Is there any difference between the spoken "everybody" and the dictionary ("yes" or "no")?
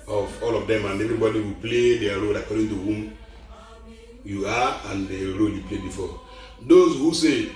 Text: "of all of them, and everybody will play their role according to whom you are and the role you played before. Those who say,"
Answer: no